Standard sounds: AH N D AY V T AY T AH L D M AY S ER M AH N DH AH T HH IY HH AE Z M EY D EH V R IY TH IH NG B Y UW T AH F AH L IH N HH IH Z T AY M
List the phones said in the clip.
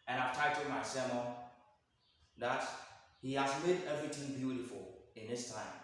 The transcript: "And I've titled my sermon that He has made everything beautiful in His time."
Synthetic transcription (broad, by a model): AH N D AY V T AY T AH D M AY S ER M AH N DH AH T HH IY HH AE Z M EY D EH V R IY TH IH NG B Y UW T AH F AH L IH N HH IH S T AY M